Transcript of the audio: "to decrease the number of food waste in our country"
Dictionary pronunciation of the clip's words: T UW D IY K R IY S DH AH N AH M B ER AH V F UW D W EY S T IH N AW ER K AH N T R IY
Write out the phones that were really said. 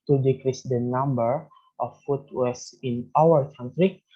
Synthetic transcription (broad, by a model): T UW D IY K R IY S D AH N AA M B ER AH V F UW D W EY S IH N AW ER K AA N T R IY